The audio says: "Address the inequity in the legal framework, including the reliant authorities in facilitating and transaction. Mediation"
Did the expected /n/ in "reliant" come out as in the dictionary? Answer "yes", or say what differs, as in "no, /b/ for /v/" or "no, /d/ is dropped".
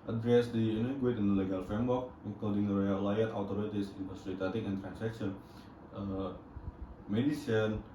no, /n/ is dropped